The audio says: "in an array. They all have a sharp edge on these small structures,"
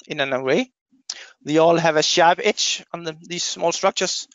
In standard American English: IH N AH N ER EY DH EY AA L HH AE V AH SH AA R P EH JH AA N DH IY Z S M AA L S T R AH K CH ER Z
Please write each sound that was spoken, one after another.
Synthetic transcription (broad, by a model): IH N AH N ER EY DH EY AA L HH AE V AH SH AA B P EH CH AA N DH IY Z S M AA L S T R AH K CH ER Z